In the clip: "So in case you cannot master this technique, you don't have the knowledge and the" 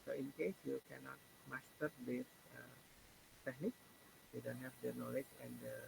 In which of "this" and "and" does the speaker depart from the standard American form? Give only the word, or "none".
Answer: this